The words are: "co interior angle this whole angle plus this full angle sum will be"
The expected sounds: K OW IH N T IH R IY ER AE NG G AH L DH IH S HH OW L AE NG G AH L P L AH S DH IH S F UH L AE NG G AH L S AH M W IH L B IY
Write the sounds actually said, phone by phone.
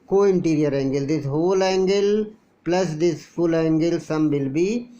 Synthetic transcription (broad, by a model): K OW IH N T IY R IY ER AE NG G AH L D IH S HH OW L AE NG G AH L P L AH S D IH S F UH L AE NG G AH L S AH M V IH L B IY